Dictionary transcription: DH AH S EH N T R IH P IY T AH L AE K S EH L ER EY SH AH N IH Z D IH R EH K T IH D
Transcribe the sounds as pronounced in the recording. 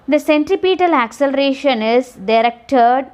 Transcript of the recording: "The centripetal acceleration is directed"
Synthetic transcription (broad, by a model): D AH S EH N T R IH P IY T AH L AE K S EH L ER EY SH AH N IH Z D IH R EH K T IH D